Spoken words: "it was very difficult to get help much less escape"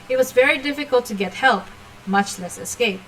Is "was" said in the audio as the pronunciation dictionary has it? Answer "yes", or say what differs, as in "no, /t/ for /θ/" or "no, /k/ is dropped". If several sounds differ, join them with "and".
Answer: yes